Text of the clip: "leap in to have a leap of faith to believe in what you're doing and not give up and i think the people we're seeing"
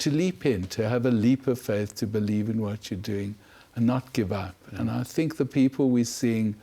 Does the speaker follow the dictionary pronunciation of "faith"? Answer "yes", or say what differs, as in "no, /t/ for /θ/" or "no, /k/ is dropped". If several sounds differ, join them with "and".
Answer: yes